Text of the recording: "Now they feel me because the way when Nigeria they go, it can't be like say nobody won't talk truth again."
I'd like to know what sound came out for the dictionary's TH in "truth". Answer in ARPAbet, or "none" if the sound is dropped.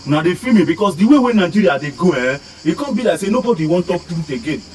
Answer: T